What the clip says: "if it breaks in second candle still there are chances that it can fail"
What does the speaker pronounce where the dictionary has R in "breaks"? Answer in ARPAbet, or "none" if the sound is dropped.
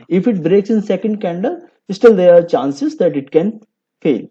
R